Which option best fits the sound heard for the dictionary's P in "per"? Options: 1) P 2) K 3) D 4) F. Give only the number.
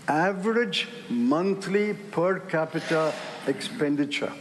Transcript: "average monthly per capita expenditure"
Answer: 1